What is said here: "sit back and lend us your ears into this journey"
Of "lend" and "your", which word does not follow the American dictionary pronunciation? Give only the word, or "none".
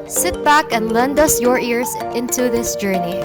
none